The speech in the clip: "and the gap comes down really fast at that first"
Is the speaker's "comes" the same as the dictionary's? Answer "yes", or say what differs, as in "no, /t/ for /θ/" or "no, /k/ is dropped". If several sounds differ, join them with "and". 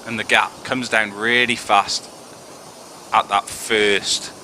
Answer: yes